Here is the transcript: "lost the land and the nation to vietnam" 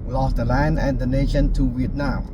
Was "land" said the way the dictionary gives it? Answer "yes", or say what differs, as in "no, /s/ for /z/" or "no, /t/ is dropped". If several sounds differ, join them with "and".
no, /d/ is dropped